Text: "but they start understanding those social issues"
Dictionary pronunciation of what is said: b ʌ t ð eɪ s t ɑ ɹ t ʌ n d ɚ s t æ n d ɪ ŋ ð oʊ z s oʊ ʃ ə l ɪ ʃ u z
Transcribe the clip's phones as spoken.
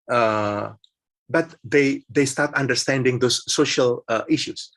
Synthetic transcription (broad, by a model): b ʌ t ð eɪ s t ɑ ɹ t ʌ n d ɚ s t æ n d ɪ ŋ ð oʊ s oʊ ʃ ə l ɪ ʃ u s